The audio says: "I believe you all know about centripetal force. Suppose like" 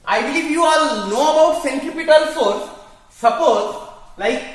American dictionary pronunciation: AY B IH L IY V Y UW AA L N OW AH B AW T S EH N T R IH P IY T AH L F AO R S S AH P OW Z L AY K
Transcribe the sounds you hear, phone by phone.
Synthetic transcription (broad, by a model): AY B IH L IY V Y UW AA L N OW AH B AW T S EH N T IH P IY T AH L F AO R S S AH P OW Z L AY K